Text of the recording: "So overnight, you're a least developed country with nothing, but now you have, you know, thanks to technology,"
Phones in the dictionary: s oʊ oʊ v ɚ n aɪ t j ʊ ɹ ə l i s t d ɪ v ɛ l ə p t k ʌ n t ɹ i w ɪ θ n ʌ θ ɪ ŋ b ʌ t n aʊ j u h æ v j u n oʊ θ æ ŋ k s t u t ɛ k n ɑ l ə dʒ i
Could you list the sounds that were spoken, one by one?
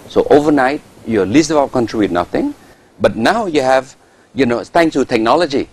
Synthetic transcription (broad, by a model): s oʊ oʊ v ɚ n aɪ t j ə l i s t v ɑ ə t k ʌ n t ɹ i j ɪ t n ʌ θ ɪ ŋ b ʌ t n aʊ j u h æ v j u n oʊ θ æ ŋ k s t u t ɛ k n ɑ l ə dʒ i